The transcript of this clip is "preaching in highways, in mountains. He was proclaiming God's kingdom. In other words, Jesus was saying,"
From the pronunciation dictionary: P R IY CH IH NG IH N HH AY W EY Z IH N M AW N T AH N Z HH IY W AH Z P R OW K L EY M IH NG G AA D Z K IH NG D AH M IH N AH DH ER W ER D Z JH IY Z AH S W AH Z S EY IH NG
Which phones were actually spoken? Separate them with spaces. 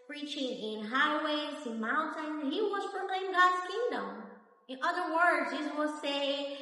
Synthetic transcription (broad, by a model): P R IY CH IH NG IH N HH AY W EY Z IH N M AW N T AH N HH IY W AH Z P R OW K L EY IH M G AA D Z K IH NG D AH M IH N AH DH ER W ER D Z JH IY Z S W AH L S EY IH